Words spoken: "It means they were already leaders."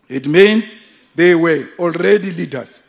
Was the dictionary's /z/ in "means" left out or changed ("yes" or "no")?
yes